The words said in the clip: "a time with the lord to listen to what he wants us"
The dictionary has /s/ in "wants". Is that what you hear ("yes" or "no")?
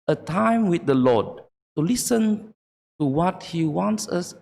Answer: yes